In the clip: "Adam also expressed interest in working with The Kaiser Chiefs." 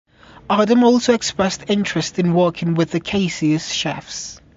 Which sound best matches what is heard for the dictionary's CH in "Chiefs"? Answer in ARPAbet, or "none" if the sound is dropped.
SH